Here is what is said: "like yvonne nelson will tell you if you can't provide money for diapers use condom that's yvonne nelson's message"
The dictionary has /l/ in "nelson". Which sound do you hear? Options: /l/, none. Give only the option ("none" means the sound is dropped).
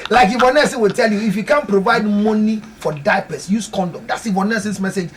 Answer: none